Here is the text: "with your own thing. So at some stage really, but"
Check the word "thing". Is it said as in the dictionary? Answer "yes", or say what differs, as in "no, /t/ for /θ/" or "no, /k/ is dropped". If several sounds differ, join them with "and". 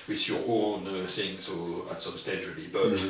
no, /s/ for /θ/